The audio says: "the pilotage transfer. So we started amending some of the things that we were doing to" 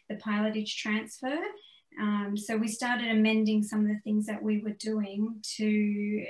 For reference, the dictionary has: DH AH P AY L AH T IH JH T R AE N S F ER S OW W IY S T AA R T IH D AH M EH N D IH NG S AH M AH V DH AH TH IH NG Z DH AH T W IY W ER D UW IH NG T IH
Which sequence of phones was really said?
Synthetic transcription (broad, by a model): DH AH P AY L AH T IH JH T R AE N S F ER S OW W IY S T AA R T IH D AH M EH N D IH NG S AH M AH V DH AH TH IH NG Z DH AH T W IY W ER D UW IH NG T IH